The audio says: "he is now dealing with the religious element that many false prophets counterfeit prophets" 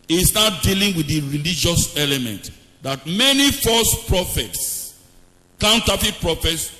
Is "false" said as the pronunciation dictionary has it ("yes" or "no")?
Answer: no